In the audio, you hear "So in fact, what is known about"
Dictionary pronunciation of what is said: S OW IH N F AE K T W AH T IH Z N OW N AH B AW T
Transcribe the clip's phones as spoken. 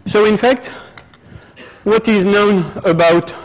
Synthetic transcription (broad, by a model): S OW IH N F AE K T W AH T IH Z N OW N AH B AW T